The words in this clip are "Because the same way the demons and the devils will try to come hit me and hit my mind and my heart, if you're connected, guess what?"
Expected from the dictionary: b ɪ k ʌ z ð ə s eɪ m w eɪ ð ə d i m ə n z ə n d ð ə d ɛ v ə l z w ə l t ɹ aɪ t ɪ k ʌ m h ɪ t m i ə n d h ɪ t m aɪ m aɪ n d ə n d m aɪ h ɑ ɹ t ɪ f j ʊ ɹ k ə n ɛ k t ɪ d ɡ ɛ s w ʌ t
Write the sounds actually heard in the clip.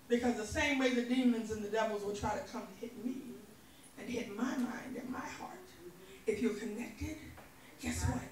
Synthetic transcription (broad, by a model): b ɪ k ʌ z ð ə s eɪ m w eɪ ð ə d i m ə n z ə n ð ə d ɛ v l z w ə l t ɹ aɪ t ɪ k ʌ m h ɪ t m i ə n h ɪ t m aɪ m aɪ n d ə n m aɪ h ɑ ɹ t ɪ f j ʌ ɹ k ə n ɛ k t ɪ d ɡ ɛ s w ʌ t